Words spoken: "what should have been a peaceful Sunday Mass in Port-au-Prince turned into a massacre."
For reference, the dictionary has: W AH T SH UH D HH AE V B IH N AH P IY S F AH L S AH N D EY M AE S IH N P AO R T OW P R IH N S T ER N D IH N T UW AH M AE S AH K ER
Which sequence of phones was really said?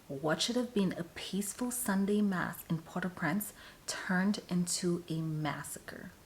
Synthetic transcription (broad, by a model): W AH T SH UH D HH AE V B IH N AH P IY S F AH L S AH N D EY M AE S IH N P AO R T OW P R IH N S T ER N D IH N T UW AH M AE S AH K ER